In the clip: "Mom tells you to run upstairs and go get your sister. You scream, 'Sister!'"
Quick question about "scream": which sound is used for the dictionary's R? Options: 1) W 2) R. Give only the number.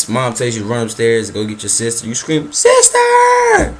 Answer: 2